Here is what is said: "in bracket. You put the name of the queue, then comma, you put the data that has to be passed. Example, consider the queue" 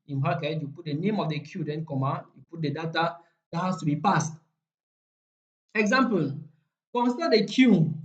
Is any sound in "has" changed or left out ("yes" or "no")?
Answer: yes